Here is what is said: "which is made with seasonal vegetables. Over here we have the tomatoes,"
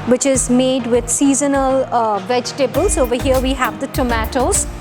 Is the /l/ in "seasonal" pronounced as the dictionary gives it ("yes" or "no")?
yes